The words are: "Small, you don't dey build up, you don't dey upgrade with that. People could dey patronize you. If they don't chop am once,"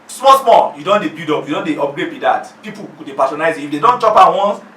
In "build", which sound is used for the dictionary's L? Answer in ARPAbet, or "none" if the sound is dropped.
none